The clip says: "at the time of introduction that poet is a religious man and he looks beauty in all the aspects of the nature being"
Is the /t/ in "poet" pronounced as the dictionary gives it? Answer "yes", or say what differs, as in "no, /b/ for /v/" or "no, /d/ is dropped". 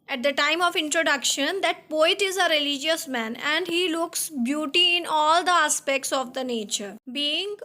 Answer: yes